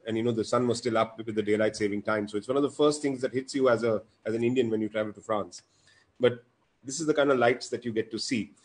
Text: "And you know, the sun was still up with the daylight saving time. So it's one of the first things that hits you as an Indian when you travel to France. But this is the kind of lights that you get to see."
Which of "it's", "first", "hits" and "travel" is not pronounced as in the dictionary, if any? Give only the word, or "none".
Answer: none